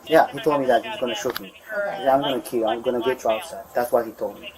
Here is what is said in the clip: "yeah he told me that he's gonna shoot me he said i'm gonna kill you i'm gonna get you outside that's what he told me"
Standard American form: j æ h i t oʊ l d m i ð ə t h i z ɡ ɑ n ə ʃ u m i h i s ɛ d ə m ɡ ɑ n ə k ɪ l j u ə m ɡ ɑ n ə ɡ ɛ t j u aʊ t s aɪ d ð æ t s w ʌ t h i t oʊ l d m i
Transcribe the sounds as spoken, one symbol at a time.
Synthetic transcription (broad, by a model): j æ h i t oʊ l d m i ð ə t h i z ɡ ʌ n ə ʃ u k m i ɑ ə m ɡ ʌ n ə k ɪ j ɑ ə m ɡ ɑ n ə ɡ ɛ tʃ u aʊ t s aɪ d ð æ t s w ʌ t h i t oʊ l d m i